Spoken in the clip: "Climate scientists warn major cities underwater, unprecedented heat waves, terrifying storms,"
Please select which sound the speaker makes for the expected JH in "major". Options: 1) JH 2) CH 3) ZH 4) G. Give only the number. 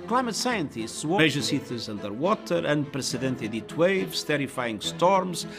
3